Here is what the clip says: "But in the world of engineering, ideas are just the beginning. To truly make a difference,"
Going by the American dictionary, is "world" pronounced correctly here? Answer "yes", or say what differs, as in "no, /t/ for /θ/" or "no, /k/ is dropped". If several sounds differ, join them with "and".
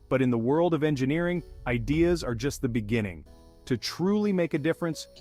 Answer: yes